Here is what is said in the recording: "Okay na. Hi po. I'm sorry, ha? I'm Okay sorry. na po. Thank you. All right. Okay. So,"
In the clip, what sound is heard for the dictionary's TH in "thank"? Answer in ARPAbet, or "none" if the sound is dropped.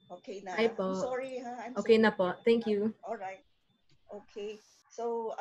T